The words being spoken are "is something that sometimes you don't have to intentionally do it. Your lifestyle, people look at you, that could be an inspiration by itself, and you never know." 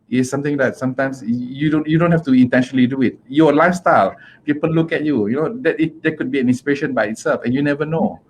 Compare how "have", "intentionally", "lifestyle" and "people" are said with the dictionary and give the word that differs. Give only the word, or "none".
have